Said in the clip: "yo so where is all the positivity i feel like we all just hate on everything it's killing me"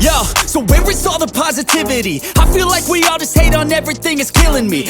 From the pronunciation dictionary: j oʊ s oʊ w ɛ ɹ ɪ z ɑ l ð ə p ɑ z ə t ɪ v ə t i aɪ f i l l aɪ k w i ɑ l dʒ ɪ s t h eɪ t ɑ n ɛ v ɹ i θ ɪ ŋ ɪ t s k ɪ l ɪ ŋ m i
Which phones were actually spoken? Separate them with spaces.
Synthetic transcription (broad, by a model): j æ s oʊ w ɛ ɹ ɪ s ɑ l ð ə p ɑ z ə t ɪ v ə t i aɪ f i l l aɪ k w i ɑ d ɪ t eɪ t n ɛ v ɹ i θ ɪ ŋ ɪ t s k ɪ l ɪ ŋ m i